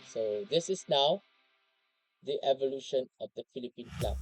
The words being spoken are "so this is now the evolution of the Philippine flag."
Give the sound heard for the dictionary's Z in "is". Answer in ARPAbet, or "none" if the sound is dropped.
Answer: S